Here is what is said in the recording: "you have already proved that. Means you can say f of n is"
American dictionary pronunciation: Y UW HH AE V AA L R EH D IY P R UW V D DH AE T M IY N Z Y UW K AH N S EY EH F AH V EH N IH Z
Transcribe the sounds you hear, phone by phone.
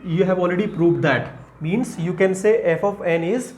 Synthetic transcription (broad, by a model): Y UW HH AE V AA L R EH D IY P R UW V D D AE T M IY N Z Y UW K AH N S EY EH F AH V EH N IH Z